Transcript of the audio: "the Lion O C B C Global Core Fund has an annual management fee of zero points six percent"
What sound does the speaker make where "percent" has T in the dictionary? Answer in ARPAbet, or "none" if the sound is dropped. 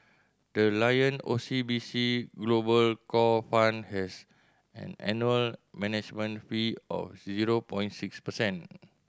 none